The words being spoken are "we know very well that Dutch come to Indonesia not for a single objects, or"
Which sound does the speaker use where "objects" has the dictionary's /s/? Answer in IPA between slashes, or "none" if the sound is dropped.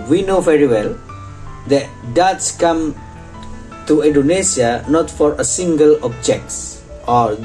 /s/